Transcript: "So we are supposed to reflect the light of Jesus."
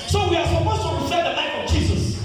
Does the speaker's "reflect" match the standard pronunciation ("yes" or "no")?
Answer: no